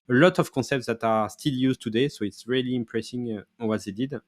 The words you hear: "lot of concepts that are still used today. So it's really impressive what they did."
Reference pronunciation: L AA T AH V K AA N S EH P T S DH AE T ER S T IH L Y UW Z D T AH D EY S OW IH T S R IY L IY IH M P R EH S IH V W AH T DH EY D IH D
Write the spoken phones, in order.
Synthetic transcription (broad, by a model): L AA T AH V K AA S EH P T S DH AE T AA S T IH L Y UW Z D T AH D EY S OW IH T S R IY L IY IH M P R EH S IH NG W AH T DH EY D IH D